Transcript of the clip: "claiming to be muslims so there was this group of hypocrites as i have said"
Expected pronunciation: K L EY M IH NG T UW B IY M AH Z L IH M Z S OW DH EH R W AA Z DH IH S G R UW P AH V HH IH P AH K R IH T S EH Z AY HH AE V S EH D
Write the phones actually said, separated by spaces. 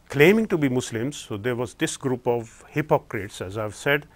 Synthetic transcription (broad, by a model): K L EY M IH NG T UW B IY M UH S L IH M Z S OW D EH R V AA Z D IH S G R UW P AH V HH IH P AH K R IH T S EH Z AY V S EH D